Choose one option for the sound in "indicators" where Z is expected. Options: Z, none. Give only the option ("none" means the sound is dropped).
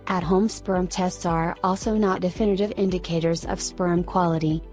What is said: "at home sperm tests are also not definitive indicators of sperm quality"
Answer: Z